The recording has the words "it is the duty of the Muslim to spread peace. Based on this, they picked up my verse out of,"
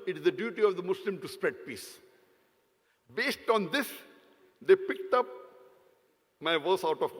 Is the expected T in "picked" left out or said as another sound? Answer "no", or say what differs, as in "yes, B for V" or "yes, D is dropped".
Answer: no